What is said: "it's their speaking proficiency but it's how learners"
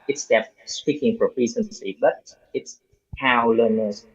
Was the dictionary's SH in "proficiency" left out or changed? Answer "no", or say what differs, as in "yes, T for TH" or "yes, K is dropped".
yes, S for SH